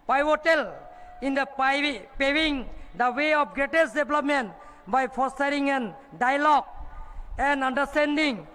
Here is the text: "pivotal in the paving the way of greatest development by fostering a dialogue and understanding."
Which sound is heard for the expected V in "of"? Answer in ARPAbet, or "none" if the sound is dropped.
P